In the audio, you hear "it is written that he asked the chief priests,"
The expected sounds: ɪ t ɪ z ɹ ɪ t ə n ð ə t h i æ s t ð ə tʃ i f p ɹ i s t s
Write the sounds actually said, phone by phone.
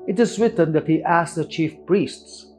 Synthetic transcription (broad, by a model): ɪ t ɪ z w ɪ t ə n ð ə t h i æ s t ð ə tʃ i f p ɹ i s t s